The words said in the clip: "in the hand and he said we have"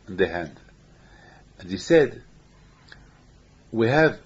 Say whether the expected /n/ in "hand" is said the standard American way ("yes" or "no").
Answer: yes